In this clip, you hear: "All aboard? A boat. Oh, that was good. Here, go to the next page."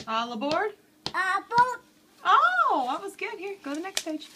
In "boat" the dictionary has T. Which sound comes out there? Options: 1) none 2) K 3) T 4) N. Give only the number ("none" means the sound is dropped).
1